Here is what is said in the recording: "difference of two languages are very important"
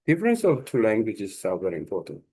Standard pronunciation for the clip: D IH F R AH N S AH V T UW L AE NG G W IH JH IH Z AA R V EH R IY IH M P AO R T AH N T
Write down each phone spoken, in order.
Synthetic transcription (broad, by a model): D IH F R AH N S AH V T UW L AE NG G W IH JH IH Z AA L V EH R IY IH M P AO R T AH N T